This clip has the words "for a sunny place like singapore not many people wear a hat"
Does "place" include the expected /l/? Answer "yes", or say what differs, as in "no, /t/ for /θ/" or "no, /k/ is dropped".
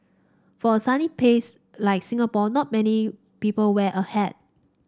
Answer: no, /l/ is dropped